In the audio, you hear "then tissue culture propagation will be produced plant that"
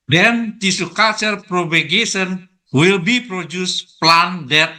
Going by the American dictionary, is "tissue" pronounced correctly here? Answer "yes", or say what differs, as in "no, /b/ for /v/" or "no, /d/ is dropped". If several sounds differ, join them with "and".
no, /s/ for /ʃ/